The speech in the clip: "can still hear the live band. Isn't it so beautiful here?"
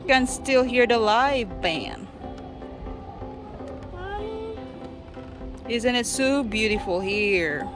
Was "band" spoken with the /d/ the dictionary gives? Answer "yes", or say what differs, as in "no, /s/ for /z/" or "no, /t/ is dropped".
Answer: no, /d/ is dropped